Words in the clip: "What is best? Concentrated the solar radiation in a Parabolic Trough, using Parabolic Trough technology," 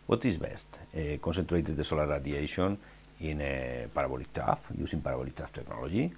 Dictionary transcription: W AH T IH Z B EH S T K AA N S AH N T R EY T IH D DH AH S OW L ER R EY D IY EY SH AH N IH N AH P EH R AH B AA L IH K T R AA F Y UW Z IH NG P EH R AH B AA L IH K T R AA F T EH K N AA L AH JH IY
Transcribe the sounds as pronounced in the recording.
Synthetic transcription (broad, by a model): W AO T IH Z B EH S T K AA N S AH N T R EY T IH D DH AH S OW L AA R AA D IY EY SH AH N IH N AH P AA R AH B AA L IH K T AA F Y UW S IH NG P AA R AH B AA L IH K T AA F T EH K N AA L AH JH IY